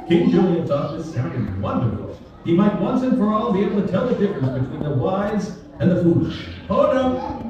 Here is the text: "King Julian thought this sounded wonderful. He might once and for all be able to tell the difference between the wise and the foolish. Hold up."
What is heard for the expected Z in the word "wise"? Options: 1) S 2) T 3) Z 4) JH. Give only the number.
3